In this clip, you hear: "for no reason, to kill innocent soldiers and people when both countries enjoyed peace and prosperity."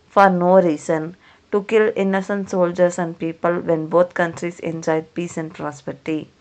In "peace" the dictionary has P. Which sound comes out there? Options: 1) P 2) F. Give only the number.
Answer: 1